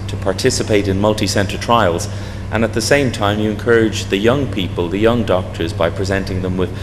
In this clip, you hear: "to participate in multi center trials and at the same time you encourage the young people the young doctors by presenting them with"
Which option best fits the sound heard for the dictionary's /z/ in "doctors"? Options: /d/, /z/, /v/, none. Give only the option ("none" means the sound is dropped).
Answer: /z/